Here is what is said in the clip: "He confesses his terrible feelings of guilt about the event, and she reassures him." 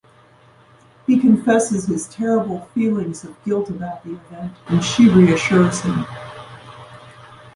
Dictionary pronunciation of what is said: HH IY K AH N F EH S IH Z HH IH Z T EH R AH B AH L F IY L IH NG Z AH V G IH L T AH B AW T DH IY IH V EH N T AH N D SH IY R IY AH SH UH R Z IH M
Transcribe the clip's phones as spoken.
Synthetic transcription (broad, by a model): HH IY K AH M F EH S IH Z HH IH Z T EH R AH B L F IY L IH NG Z AH V G IH L T AH B AW T DH IY IH V EH N T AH N SH IY R IY AH SH UH R Z IH M